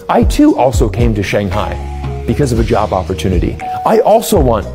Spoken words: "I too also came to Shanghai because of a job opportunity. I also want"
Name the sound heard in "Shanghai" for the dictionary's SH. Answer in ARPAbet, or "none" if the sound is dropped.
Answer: SH